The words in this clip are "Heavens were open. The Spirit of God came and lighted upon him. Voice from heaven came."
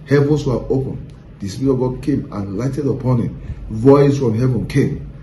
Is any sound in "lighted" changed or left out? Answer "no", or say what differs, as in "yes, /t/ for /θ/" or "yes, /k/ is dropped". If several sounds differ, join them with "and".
no